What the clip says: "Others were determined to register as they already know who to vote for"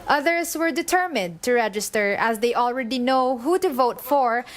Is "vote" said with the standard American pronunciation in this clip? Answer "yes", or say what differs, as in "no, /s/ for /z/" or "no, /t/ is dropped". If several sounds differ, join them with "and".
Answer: yes